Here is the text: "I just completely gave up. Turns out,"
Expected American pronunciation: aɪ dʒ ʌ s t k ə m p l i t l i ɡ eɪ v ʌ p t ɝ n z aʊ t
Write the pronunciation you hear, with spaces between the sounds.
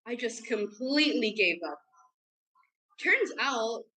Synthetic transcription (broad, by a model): aɪ dʒ ʌ s k ə m p l i t l i ɡ eɪ v ʌ p t ɝ n z aʊ t